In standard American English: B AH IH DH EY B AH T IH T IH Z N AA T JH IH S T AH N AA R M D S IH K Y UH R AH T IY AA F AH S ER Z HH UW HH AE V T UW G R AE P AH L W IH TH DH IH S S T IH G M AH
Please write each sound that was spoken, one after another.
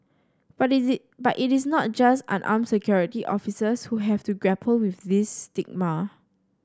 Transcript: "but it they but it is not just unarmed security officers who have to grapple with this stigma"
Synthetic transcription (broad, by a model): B IH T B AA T IH T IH S N AA T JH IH S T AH N AA M S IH K Y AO R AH T IY AA F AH S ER S HH UW HH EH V T UW G R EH P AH L W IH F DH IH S S T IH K M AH